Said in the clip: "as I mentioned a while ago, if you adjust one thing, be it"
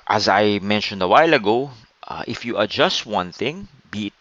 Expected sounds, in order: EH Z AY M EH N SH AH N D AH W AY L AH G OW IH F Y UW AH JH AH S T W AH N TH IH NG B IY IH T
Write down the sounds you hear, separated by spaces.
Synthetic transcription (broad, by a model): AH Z AY M EH N SH AH N D AH W AY L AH G OW IH F Y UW AH JH AH S T W AH N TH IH NG B IY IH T